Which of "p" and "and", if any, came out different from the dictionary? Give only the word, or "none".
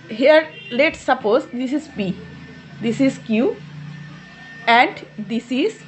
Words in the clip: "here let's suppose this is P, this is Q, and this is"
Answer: p